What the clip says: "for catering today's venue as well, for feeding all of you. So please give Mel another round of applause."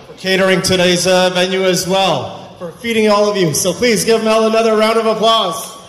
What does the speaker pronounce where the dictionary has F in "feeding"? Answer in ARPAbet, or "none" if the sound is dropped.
F